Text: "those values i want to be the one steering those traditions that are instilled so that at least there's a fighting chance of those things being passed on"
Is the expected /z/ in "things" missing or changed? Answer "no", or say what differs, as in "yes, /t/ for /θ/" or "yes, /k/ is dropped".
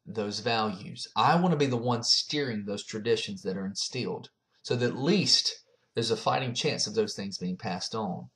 no